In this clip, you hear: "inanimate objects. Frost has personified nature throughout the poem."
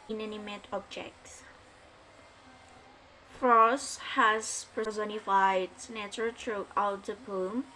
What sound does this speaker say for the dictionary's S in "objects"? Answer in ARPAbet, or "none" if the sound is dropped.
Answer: S